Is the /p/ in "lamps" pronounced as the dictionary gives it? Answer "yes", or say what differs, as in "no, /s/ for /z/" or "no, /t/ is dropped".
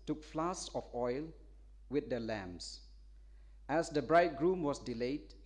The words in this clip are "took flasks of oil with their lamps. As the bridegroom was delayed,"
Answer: no, /p/ is dropped